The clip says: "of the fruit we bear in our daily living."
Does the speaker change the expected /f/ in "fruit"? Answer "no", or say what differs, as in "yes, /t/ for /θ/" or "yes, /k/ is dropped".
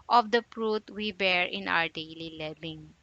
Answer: yes, /p/ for /f/